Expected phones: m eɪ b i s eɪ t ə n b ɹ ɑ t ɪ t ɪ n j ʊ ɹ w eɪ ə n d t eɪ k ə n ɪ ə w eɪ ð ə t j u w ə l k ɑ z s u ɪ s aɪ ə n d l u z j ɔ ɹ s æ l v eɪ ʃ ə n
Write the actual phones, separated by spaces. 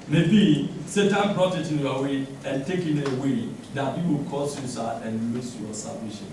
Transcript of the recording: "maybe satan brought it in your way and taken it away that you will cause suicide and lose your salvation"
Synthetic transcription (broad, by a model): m eɪ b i s eɪ t ə n b ɹ ɑ t ɪ t ɪ n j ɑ w eɪ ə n t eɪ k ə n ɪ w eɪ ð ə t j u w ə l k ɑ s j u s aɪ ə n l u s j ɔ s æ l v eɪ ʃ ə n